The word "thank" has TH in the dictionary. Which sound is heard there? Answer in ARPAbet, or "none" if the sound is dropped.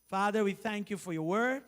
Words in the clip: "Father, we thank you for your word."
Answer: TH